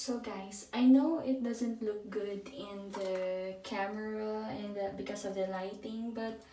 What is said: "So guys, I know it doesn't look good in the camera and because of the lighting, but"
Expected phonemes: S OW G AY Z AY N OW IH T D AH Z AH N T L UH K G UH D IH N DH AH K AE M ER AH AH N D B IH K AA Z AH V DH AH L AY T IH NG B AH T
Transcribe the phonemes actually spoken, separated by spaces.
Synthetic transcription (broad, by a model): S OW G AY S AY N OW IH T D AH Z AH N T L UH K G UH D IH N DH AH K AE M ER AH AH N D B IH K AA S AH V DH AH L AY T IH NG B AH T